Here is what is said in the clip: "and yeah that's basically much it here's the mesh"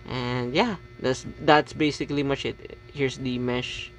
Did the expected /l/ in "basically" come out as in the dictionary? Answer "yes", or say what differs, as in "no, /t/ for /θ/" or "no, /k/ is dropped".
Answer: yes